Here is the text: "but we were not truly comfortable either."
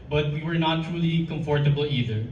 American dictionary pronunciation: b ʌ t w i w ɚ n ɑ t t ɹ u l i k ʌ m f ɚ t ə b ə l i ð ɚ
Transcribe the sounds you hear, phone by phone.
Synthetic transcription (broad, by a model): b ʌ t w i w ɚ n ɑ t t ɹ u l i k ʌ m f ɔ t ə b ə l i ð ɚ